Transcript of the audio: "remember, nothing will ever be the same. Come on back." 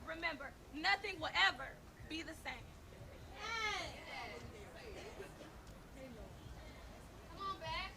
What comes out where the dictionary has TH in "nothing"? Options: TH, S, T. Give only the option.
TH